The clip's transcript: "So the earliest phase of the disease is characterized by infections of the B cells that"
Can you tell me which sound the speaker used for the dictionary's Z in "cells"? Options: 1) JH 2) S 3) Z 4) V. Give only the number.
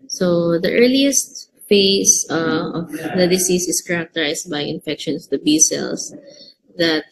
2